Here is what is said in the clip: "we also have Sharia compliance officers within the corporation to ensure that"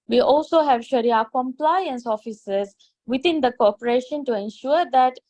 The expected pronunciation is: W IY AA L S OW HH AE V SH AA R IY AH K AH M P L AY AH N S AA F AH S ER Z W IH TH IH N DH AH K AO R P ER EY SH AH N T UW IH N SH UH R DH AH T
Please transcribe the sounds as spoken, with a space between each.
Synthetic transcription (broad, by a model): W IY AA L S OW HH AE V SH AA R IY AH K AH M P L AY AH N S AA F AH S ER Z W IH T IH N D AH K AO P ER EY SH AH N T UW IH N SH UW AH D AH T